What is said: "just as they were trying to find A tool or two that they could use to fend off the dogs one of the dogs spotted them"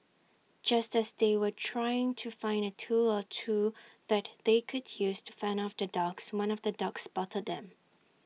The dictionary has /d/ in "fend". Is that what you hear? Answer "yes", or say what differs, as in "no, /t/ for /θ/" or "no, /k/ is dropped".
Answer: no, /d/ is dropped